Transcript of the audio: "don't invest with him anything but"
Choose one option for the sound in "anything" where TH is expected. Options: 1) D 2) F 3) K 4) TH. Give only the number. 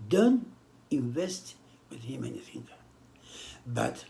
2